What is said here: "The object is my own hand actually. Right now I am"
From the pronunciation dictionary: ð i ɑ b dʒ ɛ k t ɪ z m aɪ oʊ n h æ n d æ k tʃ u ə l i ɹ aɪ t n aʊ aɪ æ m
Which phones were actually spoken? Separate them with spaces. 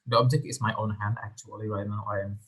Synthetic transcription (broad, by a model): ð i ɑ b dʒ ɛ k t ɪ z m aɪ oʊ n h æ n d æ k tʃ u ə l i w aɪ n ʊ aɪ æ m